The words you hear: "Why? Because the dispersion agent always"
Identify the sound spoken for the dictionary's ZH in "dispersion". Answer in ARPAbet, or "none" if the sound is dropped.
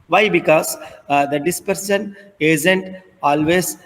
S